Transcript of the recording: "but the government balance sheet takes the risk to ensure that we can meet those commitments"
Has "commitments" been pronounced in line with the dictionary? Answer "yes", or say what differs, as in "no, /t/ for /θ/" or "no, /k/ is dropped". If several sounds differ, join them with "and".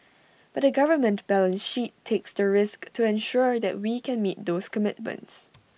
yes